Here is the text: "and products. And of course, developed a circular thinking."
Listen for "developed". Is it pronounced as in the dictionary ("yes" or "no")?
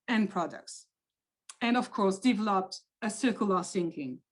yes